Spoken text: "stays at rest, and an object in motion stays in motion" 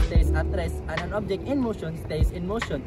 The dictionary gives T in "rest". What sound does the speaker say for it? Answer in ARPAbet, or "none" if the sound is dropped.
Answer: none